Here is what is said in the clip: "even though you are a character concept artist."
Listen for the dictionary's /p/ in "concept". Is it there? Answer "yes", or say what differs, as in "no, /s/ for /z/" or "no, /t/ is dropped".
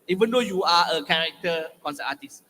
no, /p/ is dropped